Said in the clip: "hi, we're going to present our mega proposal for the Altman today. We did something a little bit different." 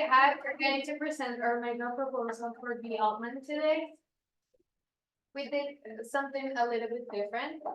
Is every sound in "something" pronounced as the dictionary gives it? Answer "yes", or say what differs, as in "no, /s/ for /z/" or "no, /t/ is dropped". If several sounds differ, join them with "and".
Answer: yes